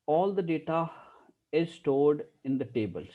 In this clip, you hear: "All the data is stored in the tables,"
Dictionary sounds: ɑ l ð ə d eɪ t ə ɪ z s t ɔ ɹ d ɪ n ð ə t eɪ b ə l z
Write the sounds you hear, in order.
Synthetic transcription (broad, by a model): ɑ l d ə d eɪ t ə ɪ z s t ɔ ɹ d ɪ n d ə t eɪ b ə l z